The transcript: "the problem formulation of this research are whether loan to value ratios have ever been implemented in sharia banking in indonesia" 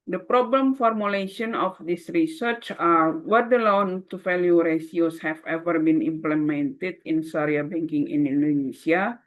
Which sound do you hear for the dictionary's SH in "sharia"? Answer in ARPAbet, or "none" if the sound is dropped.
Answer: S